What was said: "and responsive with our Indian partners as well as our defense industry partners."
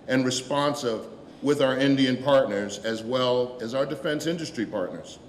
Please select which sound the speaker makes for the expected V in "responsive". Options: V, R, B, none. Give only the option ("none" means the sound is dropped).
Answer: V